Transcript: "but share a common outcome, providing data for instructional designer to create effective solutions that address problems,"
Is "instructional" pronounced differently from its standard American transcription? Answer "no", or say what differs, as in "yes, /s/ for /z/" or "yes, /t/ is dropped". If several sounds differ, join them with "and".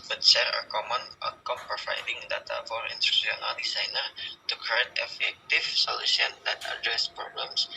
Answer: yes, /k/ is dropped